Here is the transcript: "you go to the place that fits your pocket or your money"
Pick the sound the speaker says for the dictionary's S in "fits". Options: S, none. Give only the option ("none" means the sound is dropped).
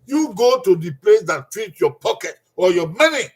none